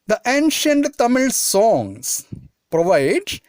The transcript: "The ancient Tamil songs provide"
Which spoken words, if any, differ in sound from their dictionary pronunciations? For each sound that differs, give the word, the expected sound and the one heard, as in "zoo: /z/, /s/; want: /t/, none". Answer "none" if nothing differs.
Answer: songs: /z/, /s/